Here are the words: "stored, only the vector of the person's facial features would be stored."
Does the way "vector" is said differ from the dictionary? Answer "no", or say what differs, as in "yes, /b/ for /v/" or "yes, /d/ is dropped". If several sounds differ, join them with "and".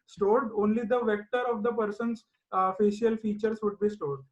no